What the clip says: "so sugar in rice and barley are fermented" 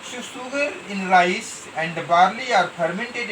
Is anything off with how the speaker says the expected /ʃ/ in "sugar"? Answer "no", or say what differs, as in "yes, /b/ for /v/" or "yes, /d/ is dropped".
yes, /s/ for /ʃ/